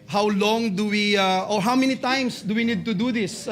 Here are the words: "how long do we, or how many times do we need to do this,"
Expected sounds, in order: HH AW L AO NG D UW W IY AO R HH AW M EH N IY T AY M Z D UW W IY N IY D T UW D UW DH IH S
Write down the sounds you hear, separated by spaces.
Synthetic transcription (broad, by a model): HH AW L AO NG D UW W IY AO R HH AW M EH N IY T AY M S D UW W IY N IY D T UW D UW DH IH S